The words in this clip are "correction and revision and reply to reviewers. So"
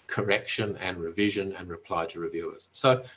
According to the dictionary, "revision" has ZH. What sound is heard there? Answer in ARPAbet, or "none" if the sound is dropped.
ZH